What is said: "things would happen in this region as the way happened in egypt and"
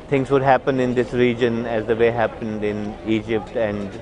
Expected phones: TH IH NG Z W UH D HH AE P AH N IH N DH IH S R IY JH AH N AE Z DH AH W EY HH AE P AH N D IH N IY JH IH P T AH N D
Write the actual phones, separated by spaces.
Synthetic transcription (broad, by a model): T IH NG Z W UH D HH AE P AH N IH N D IH S R IY JH AH N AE Z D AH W EY HH AE P AH N D IH N IY JH IH P T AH N D